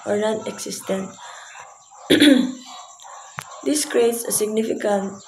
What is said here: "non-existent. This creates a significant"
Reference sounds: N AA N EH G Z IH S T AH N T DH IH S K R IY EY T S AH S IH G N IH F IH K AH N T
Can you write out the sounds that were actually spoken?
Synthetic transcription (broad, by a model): N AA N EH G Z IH S T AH N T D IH S K R IY EY T S AH S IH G N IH F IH K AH N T